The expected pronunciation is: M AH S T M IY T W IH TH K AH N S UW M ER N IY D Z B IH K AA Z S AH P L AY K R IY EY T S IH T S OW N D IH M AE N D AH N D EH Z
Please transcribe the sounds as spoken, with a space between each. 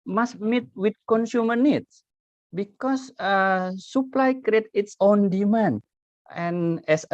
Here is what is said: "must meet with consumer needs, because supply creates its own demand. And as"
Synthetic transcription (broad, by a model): M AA S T M IY T W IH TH K AH N S UW M ER N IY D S B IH K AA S S AH P L AY K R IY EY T IH T S OW N D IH M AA N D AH N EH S